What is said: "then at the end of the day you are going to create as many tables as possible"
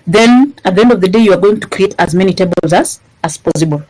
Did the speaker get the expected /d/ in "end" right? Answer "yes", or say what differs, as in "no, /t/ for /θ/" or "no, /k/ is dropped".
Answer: yes